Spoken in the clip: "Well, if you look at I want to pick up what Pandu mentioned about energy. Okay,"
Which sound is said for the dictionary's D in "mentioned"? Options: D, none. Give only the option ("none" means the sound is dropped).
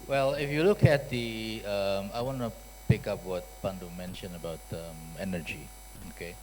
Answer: none